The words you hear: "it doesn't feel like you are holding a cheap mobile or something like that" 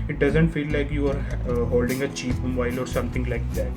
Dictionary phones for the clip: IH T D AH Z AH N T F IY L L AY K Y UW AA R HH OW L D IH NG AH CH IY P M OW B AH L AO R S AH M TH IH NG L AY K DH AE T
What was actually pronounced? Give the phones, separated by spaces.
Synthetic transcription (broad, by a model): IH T D AH Z AH N T F IY L L AY K Y UW AA R HH OW L D IH NG AH CH IY P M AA AH L AO R S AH M T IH NG L AY K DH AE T